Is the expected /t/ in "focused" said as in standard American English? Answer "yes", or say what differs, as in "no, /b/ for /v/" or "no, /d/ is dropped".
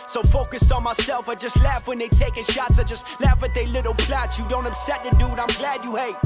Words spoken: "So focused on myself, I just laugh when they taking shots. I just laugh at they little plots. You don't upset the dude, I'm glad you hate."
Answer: yes